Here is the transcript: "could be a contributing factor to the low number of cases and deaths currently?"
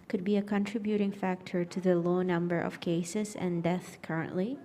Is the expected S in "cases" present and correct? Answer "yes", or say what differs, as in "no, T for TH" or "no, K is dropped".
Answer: yes